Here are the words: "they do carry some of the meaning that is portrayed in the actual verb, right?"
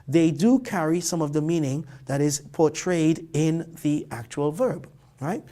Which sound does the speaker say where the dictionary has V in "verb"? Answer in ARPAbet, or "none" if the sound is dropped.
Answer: V